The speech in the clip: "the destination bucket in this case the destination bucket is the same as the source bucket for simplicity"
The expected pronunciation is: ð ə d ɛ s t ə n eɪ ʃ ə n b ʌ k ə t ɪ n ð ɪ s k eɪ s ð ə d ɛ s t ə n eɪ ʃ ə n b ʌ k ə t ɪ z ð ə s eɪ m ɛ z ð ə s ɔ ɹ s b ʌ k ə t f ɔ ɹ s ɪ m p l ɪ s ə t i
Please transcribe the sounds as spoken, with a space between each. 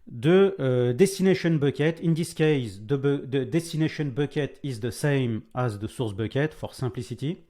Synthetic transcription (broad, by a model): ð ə d ɛ s t ə n eɪ ʃ ə n b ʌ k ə t ɪ n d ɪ s k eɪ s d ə d ɛ s t ə n eɪ ʃ ə n b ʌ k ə t ɪ z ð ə s eɪ m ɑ z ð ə s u ɹ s b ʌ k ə t f ɔ ɹ s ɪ p l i s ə t i